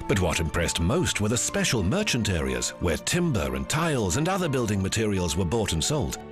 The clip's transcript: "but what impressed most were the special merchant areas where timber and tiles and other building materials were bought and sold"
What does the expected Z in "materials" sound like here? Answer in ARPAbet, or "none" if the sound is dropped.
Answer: Z